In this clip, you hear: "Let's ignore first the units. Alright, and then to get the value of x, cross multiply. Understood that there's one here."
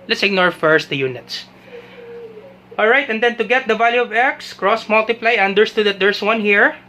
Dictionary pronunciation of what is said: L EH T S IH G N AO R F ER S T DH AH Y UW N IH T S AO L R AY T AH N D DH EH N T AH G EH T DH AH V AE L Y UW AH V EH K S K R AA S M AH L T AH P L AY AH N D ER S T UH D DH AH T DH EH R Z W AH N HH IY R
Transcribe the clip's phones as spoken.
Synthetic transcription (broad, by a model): L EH T S IH G N AO R F ER S T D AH Y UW N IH T S AO L R AY T AH N D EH N T AH G EH T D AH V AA L Y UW AH V EH K S K R AA S M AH L T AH P L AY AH N D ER S T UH D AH T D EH R S W AH N HH IY R